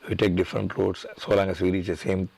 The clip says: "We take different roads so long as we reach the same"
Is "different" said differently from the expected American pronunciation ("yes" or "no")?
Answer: no